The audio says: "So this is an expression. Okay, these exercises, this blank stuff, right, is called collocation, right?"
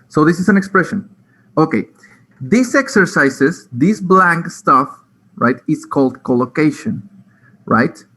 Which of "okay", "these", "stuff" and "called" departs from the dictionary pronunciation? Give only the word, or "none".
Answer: these